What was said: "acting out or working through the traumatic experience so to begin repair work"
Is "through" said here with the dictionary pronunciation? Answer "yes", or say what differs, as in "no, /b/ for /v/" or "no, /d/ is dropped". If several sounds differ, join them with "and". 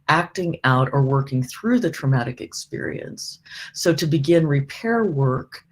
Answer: yes